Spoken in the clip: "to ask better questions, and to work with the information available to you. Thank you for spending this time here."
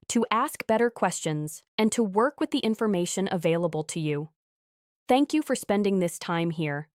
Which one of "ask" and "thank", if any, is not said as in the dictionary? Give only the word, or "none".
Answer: none